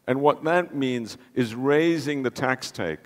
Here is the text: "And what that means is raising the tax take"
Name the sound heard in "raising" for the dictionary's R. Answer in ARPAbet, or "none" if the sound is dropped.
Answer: R